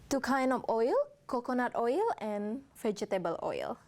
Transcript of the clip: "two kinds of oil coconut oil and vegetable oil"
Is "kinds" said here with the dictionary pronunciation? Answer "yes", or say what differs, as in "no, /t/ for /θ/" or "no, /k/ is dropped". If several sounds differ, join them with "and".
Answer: no, /z/ is dropped